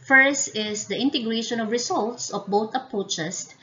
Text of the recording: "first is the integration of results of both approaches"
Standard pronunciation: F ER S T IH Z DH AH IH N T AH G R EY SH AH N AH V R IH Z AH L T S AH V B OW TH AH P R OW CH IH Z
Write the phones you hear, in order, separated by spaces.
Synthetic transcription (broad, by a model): F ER S T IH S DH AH IH N T AH G R EY SH AH N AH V R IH S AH L T S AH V B OW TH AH P R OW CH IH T